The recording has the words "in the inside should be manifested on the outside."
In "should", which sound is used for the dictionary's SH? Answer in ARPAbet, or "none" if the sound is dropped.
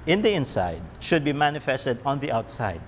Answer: SH